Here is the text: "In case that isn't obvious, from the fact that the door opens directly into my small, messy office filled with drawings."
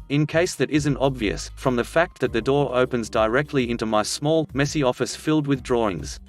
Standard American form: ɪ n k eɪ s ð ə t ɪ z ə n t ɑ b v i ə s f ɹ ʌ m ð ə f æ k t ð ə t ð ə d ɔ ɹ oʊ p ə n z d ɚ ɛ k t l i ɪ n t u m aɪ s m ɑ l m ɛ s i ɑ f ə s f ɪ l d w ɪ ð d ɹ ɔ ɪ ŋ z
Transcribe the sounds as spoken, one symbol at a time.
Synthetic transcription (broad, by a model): ɪ n k eɪ s ð ə t ɪ z ə n t ɑ b v i ə s f ɹ ʌ m ð ə f æ k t ð ə t ð ə d ɔ ɹ oʊ p ə n z d ɚ ɛ k t l i ɪ n t u m aɪ s m ɑ l m ɛ s i ɑ f ə s f ɪ l d w ɪ ð d ɹ ɔ ɪ ŋ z